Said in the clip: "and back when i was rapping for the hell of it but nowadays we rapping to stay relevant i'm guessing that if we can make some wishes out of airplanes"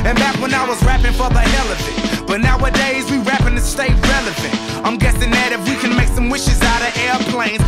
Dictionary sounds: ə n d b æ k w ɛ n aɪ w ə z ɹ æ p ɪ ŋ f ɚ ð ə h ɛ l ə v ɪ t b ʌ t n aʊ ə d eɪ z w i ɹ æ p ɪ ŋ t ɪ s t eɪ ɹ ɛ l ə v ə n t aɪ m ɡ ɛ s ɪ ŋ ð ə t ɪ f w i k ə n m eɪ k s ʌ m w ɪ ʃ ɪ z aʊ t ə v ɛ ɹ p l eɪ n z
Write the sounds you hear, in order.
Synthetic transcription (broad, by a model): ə n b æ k w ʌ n aɪ w ə z ɹ æ p ɪ ŋ f ɚ ð ə h ɛ l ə f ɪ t b ʌ t n aʊ ə d eɪ z w i ɹ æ p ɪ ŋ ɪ s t eɪ ɹ ɛ l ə f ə n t aɪ m ɡ ɛ s ɪ ŋ ð ə t ɪ f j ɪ k ə n m eɪ k s ʌ m w ɪ ʃ ɪ z aʊ t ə ɛ ɹ p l eɪ n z